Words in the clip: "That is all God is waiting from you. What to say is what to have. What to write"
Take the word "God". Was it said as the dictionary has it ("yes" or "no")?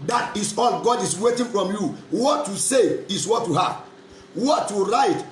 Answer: yes